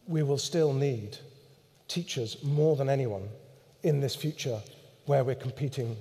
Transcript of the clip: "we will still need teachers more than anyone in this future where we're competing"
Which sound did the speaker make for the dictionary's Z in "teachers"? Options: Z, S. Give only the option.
Z